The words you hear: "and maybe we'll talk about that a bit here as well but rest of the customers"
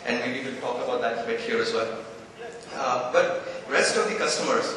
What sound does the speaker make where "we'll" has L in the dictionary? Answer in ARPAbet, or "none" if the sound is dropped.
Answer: N